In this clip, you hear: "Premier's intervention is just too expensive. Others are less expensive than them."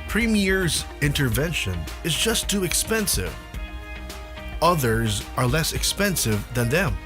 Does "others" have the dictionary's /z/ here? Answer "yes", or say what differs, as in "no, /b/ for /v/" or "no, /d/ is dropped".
yes